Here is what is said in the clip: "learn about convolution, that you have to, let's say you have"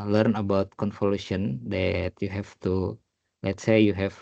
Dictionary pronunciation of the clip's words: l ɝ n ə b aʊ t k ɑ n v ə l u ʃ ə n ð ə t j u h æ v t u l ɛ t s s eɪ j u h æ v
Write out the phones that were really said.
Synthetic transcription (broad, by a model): l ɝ n ə b aʊ t k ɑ n f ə l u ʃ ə n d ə t j u h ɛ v t u l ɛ t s s eɪ j u h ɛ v